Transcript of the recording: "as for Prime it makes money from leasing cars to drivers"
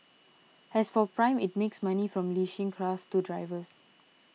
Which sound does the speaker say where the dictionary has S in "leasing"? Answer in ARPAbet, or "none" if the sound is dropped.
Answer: SH